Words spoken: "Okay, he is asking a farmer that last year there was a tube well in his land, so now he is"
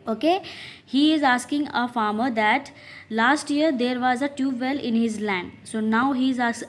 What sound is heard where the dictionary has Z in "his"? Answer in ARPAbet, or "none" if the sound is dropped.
Z